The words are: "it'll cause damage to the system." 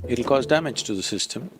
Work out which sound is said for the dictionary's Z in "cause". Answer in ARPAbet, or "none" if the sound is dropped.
Z